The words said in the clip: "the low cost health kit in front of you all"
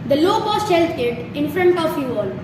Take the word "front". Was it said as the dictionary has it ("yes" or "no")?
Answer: yes